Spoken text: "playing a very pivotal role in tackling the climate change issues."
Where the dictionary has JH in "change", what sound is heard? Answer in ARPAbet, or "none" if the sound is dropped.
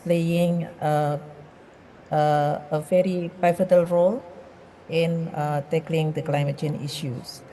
none